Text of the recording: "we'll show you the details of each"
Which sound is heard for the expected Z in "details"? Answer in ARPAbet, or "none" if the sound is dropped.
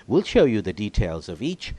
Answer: Z